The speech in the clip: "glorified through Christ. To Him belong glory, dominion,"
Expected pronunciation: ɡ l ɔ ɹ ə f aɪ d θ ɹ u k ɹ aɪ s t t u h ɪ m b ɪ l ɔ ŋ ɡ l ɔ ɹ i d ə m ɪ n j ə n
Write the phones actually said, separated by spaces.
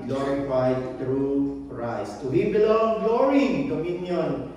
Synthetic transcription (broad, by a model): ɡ l ɔ ɹ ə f aɪ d t ɹ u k ɹ aɪ s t t u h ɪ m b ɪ l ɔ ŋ ɡ l ɔ ɹ i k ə m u n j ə n